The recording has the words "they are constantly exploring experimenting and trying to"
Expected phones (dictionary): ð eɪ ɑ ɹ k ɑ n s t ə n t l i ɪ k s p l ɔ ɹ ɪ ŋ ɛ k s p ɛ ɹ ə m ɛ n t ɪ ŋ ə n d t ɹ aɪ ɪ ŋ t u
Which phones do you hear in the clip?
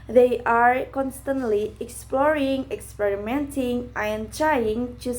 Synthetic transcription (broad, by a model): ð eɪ ɑ ɹ k ɑ n s t ə n t l i ɪ k s p l ɔ ɹ ɪ ŋ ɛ k s p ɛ ɹ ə m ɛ n t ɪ ŋ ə n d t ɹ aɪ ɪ ŋ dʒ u